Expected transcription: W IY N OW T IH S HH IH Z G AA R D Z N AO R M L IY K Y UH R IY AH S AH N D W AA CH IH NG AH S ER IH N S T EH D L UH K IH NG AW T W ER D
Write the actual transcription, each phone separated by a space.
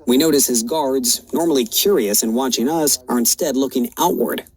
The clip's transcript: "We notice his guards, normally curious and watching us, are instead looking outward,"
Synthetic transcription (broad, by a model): W IY N OW T IH S HH IH Z G AA R D Z N AO R M L IY K Y UH R IY AH S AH N W AA CH IH NG AH S ER IH N S T EH D L UH K IH NG AW T W ER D